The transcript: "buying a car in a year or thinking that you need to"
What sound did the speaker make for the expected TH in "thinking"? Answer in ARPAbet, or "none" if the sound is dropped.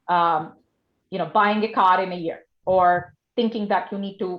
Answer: TH